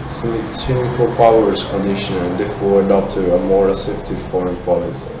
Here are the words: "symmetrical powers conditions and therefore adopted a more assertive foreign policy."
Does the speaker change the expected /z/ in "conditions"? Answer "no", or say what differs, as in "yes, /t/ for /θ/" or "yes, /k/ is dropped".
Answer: yes, /z/ is dropped